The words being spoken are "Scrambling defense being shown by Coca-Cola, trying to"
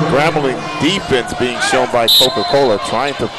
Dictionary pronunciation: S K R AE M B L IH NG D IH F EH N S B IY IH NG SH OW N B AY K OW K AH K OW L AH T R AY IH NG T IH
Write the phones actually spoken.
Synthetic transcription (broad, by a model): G R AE M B L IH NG D IH F EH N S B IY IH NG SH OW N B AY K OW K AH K OW L AH T R AY IH NG T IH